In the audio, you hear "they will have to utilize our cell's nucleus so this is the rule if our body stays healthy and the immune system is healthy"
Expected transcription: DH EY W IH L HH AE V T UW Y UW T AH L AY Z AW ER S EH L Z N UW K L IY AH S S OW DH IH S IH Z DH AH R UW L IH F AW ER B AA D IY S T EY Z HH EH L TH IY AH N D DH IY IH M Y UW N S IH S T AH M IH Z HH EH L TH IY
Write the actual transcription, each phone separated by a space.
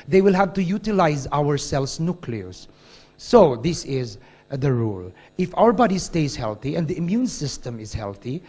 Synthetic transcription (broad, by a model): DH EY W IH L HH AE V T UW Y UW T AH L AY Z AW ER S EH L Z N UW K L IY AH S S OW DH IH S IH Z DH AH R UW L IH F AW ER B AA D IY S T EY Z HH EH L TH IY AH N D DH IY IH M Y UW N S IH S T AH M IH Z HH EH L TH IY